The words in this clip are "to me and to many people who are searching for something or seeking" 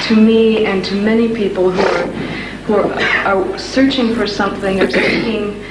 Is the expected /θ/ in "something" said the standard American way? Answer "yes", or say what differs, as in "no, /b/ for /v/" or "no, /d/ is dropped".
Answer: yes